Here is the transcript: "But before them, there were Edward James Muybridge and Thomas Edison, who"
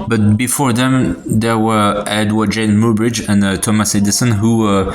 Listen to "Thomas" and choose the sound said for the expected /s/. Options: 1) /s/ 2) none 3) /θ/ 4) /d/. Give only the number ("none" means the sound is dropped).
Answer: 1